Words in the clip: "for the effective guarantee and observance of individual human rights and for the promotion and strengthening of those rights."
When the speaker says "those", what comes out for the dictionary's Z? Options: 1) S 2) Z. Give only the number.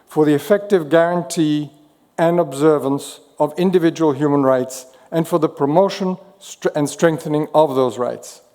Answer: 2